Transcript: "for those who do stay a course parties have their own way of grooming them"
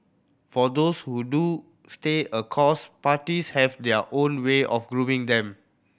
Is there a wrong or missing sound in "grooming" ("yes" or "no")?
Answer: yes